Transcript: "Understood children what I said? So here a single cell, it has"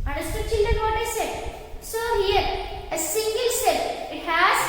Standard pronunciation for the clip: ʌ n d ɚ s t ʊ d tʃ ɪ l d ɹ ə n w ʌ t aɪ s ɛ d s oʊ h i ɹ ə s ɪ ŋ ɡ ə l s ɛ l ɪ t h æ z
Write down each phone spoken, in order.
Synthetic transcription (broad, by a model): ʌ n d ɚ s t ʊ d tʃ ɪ n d ə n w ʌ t aɪ s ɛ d s oʊ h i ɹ ə s ɪ ŋ ɡ ə l s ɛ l ɪ t h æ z